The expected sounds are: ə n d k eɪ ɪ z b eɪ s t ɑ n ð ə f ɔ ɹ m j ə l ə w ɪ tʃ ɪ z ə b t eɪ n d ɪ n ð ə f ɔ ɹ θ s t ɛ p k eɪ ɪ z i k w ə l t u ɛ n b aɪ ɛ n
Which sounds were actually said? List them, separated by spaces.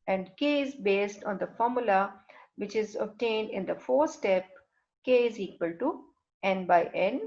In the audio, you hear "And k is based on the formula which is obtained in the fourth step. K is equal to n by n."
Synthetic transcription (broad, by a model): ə n d k eɪ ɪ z b eɪ s t ɑ n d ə f ɔ ɹ m j ə l ə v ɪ tʃ ɪ z ə b t eɪ n d ɪ n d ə f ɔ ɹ s t ɛ p k eɪ ɪ z i k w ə l t u ɛ n b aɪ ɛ n